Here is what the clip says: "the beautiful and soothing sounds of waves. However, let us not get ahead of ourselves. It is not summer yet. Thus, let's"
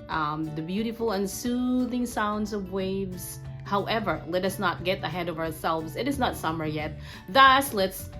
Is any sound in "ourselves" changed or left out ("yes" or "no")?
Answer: no